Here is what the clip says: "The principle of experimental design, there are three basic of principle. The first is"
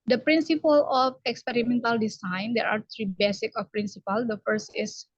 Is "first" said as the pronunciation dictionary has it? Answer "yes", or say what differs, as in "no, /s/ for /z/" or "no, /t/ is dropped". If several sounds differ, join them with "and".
yes